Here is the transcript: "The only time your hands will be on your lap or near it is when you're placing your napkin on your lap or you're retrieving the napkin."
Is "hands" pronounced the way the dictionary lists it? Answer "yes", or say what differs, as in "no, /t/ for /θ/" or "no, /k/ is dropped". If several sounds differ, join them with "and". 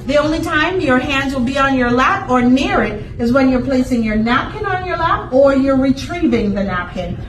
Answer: yes